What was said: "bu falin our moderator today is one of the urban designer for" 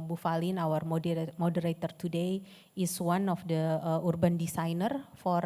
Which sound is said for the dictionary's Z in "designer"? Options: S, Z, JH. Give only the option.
S